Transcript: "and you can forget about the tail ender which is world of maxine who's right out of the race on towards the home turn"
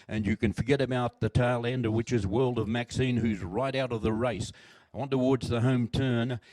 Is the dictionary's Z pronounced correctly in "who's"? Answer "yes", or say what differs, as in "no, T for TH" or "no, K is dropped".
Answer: yes